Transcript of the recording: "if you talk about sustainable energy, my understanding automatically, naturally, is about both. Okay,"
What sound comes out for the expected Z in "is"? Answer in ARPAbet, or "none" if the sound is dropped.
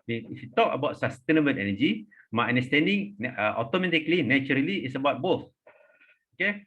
S